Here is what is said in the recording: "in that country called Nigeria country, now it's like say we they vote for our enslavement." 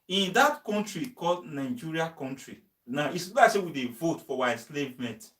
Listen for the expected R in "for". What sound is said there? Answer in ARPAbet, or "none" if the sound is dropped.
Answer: W